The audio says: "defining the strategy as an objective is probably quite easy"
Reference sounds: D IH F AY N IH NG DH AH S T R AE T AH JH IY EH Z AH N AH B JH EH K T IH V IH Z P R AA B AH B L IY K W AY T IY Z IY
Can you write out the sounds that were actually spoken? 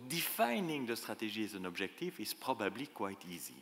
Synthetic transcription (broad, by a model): D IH F AY N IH NG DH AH S T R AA T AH ZH IY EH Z AH N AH B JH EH K T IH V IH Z P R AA B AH B L IY K W AY T IY Z IY